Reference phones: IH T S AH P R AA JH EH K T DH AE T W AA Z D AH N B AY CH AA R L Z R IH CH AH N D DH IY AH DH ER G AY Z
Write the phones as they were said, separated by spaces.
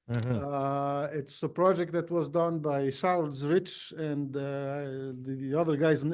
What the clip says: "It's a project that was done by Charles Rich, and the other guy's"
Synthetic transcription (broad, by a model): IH T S AH P R AA JH EH K T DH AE T W AA Z D AH N B AY SH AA R L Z R IH CH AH N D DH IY AH DH ER G AY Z